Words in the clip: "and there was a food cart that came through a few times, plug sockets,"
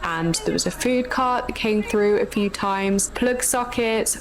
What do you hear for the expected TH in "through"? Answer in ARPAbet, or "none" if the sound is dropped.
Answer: TH